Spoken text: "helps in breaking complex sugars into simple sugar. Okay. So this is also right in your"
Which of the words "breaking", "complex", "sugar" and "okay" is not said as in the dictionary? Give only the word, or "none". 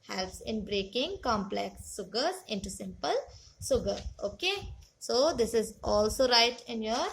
sugar